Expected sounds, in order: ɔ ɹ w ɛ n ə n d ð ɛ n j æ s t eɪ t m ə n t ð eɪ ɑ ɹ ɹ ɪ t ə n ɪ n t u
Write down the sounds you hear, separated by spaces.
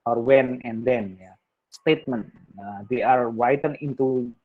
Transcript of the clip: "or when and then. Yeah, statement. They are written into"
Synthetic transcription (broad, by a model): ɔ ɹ w ɛ n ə n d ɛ n j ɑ s t eɪ t m ə n t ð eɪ ɑ ɹ w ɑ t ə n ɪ n t u